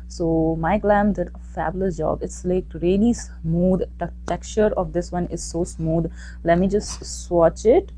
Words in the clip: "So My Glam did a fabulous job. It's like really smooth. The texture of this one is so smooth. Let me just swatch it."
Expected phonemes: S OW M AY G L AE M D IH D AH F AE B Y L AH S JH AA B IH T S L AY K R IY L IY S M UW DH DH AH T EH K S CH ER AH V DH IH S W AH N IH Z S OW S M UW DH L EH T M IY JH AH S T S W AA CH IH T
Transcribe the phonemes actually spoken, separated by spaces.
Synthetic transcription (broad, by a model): S OW M AY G L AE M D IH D AH F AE B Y L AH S JH AA B IH T S L AY K R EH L IY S M UW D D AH T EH K CH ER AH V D IH S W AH N IH Z S OW S M UW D L EH T M IY JH AH S T S W AA CH IH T